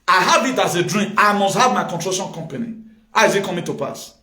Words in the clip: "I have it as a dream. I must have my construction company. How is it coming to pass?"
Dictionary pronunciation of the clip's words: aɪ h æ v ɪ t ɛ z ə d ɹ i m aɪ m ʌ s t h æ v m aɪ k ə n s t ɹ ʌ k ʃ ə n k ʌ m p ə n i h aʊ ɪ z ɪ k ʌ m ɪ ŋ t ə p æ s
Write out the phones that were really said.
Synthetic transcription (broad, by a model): aɪ h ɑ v ɪ t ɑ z ə d ɹ i m aɪ m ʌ s t h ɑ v m aɪ k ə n t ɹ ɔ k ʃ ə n k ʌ m p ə n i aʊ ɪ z ɪ k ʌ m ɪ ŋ t ə p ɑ s